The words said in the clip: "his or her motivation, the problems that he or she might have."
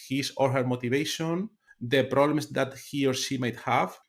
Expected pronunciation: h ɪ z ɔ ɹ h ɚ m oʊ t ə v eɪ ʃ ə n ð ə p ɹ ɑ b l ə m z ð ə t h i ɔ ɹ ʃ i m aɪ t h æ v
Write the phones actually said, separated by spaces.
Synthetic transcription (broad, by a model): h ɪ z ɔ ɹ h ɚ m oʊ t ə v eɪ ʃ ə n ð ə p ɹ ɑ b l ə m s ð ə t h i ɔ ɹ ʃ i m aɪ t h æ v